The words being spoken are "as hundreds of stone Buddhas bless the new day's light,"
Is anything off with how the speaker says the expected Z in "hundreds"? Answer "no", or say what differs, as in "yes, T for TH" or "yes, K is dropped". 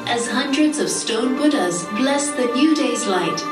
no